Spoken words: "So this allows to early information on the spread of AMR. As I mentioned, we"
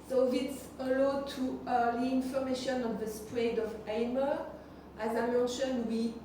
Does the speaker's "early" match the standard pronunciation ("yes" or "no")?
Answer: no